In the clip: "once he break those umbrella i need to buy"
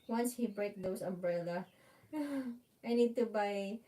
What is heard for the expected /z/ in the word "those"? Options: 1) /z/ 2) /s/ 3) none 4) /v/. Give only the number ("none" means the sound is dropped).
2